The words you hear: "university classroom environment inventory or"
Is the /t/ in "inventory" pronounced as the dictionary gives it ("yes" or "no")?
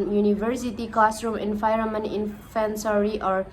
no